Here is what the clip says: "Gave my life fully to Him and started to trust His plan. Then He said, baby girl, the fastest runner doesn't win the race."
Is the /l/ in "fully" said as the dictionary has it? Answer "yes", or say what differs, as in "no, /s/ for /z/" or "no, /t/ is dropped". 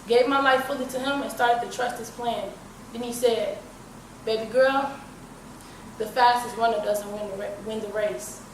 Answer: yes